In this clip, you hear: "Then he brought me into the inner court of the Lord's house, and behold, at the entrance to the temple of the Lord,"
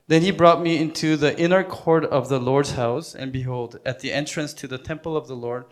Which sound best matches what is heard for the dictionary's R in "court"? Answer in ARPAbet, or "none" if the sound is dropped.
R